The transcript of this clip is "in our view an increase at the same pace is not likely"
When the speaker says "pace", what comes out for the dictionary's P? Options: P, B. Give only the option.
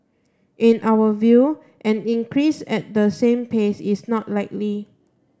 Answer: P